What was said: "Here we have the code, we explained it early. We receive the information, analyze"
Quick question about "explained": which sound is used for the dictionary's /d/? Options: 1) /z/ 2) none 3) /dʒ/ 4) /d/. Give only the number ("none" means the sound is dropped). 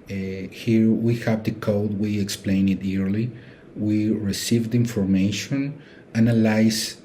2